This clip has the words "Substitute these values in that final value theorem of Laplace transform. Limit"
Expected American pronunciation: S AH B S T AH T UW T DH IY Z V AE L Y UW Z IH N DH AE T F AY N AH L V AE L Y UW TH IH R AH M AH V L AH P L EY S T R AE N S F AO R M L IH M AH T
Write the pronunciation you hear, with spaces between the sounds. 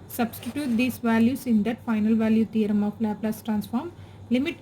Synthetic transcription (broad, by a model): S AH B S T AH T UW T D IY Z V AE L Y UW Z IH N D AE T F AY N AH L V AE L Y UW T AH R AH M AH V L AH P L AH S T R AE N S F AO R M L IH M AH T